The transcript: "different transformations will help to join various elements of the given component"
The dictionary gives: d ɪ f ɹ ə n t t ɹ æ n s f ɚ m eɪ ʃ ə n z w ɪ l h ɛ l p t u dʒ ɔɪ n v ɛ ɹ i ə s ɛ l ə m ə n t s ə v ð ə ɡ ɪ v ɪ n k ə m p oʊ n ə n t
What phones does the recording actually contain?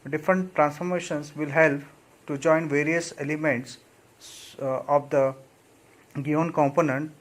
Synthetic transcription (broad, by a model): d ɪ f ɹ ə n t t ɹ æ n s f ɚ m eɪ ʃ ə n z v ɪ l h ɛ l p t u dʒ ɔɪ n v ɛ ɹ i ə s ɛ l ə m ə n t s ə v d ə ɡ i ɪ n k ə m p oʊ n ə n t